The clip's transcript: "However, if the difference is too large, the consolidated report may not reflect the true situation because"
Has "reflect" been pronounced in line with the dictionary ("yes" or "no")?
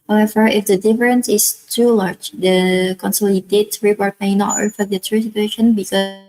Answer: no